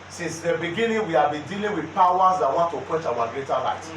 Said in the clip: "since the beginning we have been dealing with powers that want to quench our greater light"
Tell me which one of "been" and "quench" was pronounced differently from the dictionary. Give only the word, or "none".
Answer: quench